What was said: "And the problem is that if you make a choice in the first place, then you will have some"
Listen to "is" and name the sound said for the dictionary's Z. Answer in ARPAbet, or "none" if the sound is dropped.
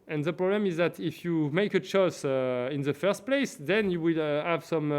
Z